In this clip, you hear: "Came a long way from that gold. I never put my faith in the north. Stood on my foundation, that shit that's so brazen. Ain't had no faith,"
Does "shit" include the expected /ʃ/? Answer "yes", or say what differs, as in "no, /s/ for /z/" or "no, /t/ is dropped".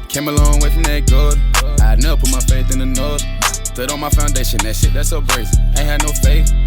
no, /s/ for /ʃ/